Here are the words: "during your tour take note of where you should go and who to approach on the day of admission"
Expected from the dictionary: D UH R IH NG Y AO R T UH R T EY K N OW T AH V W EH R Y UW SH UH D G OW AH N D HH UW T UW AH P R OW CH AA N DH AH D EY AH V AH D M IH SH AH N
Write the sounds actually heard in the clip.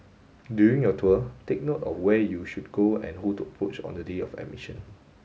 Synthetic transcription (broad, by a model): D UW IH NG Y AO T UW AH T EY K N OW T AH F W EH Y UW SH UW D G OW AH N HH UW T UW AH P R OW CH AA N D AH D EY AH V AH M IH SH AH N